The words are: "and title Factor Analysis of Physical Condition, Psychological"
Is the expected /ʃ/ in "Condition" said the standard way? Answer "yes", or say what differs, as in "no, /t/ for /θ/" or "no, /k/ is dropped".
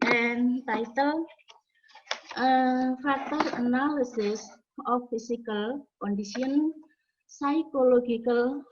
no, /s/ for /ʃ/